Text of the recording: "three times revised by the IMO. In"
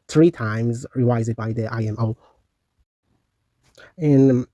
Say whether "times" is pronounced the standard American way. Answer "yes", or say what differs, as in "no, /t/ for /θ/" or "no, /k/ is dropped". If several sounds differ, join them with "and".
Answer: yes